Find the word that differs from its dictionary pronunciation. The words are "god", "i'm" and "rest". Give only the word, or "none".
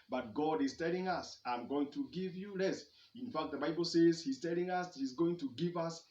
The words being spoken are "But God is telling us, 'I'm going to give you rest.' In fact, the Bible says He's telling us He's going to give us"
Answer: rest